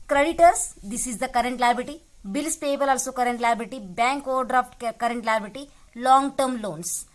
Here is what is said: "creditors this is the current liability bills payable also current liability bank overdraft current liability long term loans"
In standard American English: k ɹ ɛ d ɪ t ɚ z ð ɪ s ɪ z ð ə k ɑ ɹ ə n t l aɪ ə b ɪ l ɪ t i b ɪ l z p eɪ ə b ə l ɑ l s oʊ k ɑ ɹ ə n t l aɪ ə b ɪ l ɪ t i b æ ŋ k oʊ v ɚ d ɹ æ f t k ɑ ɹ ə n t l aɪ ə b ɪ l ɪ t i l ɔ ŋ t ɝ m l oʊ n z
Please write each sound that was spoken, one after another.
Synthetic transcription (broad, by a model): k ɹ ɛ d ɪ t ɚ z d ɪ s ɪ z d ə k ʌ ɹ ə n t l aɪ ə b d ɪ t i b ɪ l s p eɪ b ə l ɑ l s oʊ k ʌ ɹ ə n t l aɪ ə b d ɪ t i b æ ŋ k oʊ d d ɹ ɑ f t k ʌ ɹ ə n t l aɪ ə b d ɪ t i l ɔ ŋ t ɝ m l oʊ n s